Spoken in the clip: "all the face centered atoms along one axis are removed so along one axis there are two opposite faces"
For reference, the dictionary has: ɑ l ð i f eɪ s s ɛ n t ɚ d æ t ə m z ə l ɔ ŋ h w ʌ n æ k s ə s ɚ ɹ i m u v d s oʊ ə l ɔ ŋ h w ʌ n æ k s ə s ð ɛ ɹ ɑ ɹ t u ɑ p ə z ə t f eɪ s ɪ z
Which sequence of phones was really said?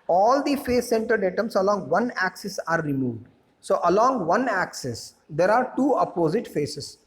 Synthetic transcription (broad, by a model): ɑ l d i f eɪ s s ɛ n t ɚ d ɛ t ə m s ə l ɔ ŋ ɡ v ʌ n æ k s ə s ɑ ɹ i m u v d s oʊ ə l ɔ ŋ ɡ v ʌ n æ k s ə s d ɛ ɹ ɑ ɹ t u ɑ p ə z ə t f eɪ s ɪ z